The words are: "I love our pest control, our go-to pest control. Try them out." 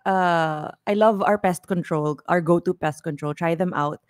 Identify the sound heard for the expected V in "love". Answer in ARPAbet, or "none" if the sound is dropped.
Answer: V